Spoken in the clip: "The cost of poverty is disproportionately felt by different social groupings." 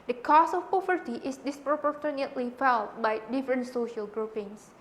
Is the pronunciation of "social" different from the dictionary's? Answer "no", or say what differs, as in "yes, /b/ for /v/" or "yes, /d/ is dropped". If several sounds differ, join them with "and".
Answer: no